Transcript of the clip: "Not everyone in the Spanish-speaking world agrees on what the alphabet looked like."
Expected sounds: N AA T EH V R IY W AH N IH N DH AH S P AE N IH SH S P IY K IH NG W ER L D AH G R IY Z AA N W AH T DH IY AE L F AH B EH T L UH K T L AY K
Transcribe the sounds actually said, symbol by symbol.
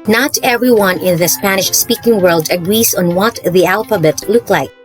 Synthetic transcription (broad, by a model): N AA T EH V R IY W AH N IH N DH AH S P AE N IH SH S P IY K IH NG W ER L D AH G R IY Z AA N W AH T DH IY AE L F AH B EH T L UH K L AY K